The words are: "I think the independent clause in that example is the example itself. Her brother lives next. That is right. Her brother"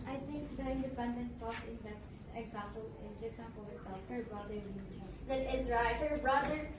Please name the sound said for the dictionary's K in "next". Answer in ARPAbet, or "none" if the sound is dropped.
none